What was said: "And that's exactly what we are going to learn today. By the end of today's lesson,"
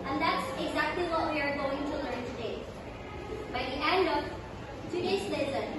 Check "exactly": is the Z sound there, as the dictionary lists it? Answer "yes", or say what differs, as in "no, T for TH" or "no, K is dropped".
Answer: yes